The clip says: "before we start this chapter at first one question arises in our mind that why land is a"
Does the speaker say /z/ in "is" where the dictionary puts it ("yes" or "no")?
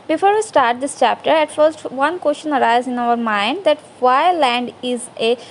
yes